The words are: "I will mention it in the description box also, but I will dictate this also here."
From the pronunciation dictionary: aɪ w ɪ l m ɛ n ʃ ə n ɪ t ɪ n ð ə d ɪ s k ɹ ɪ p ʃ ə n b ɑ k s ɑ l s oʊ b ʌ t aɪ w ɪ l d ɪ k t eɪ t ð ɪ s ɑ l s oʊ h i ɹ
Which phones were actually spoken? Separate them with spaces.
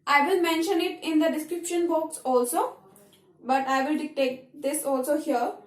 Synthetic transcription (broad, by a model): aɪ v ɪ l m ɛ n ʃ ə n ɪ t ɪ n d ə d ɪ s k ɹ ɪ p ʃ ə n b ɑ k s ɑ l s oʊ b ʌ t aɪ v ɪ l d ɪ k t eɪ t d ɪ s ɑ l s oʊ h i ɹ